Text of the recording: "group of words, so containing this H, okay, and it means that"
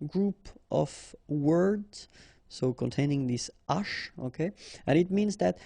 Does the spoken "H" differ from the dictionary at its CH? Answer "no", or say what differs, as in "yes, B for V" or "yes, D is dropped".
yes, SH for CH